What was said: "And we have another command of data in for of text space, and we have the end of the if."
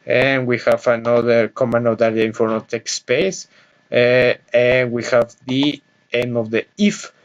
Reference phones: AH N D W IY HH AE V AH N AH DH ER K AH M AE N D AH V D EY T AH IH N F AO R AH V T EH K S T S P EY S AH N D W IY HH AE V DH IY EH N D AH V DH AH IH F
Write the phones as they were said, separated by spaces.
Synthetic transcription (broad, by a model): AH N W IY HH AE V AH N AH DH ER K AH M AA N AH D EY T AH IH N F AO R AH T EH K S S P EY S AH N W IY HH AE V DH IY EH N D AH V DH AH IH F